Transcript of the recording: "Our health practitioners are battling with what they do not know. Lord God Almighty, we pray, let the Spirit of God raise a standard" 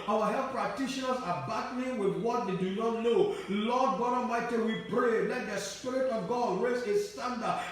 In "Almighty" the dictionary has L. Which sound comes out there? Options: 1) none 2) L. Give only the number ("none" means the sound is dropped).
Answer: 1